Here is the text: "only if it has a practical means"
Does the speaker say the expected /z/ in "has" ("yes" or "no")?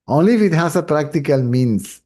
no